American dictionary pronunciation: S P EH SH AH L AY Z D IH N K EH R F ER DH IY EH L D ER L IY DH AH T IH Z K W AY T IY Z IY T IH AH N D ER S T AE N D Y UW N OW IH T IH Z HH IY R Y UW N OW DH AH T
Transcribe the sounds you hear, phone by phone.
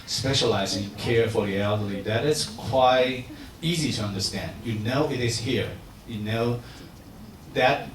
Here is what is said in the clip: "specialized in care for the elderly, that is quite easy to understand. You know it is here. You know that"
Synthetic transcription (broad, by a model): S P EH SH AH L AY Z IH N K EH R F ER DH IY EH L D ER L IY DH AH T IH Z K W AY T IY Z IY T IH AH N D ER S T AE N D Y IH N OW IH T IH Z HH IY R Y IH N OW DH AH T